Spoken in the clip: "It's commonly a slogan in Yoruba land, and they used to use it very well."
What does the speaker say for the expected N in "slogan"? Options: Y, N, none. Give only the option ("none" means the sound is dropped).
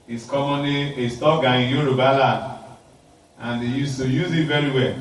none